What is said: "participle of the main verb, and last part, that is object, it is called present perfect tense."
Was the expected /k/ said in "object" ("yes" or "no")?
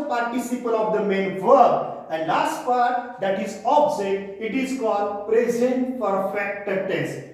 no